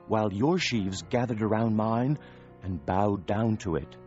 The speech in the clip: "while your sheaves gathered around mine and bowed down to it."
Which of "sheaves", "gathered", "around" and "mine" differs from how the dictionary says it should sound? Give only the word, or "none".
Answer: none